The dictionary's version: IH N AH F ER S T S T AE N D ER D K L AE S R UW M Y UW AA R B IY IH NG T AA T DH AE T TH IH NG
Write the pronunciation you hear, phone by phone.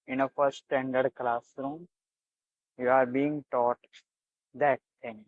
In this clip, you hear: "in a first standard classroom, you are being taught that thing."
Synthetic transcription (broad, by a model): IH N AH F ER T S T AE N D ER D K L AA S R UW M Y UW AA R B IY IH NG T AA T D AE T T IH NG